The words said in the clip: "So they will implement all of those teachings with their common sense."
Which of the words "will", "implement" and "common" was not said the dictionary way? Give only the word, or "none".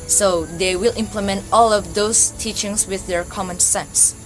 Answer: none